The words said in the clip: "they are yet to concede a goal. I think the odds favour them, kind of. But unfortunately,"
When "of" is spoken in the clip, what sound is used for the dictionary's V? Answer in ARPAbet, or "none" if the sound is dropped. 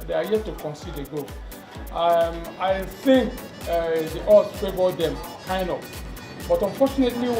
P